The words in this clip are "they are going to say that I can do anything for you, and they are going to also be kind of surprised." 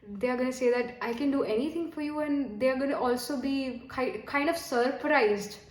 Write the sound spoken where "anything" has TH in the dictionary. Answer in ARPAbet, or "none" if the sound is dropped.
T